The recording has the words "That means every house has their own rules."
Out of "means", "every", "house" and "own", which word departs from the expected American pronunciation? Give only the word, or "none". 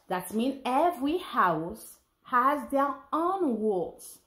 means